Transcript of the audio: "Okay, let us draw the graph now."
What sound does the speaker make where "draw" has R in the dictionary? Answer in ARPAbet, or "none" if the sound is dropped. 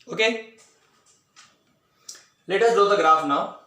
none